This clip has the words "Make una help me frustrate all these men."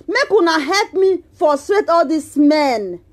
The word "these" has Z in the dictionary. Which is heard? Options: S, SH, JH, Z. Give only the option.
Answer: S